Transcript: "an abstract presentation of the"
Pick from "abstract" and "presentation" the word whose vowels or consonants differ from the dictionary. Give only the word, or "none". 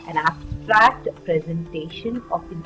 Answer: none